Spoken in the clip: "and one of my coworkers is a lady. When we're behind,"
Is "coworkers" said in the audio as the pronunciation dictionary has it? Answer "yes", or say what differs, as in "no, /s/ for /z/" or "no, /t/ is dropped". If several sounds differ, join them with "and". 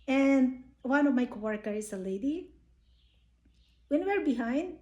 no, /z/ is dropped